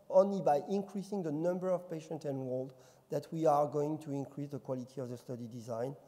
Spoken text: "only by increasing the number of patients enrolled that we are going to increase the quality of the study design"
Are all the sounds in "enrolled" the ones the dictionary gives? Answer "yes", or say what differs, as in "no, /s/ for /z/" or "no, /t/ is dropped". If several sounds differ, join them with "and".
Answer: no, /w/ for /ɹ/